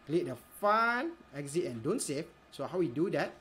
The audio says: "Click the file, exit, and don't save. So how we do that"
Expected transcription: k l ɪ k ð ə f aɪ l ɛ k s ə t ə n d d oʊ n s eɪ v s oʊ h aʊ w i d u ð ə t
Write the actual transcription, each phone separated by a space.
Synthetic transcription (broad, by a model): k l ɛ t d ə f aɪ n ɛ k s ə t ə n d d oʊ n s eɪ f s oʊ h aʊ w i d u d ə t